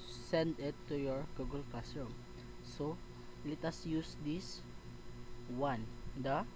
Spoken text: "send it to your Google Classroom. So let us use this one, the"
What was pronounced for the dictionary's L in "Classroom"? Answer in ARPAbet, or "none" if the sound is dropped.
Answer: none